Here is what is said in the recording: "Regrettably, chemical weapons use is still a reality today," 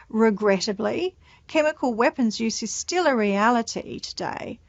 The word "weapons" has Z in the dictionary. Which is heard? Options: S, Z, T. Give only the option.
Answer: Z